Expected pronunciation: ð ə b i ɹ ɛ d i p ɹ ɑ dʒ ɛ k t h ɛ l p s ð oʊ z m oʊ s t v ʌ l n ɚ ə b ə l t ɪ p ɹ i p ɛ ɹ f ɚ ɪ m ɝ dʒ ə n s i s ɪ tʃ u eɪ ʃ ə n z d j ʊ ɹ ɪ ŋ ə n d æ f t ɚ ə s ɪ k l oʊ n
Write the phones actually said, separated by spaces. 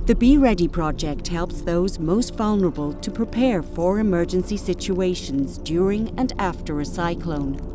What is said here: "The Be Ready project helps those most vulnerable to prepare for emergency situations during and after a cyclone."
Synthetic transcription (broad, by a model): ð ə b i ɹ ɛ d i p ɹ ɑ dʒ ɛ k t h ɛ l p s ð oʊ z m oʊ s t v ʌ l n ɚ ə b ə l t ɪ p ɹ i p ɛ ɹ f ɚ ɪ m ɝ dʒ ə n s i s ɪ tʃ u eɪ ʃ ə n z d j ʊ ɹ ɪ ŋ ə n æ f t ɚ ə s ɪ k l oʊ n